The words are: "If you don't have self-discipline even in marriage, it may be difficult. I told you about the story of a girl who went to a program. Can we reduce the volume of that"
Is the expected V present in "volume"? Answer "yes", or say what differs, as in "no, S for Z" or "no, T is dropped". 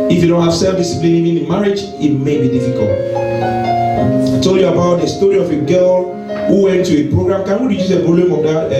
no, B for V